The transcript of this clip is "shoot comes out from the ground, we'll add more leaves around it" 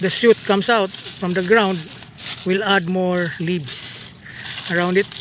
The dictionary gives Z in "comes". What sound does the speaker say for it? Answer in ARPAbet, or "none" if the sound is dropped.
S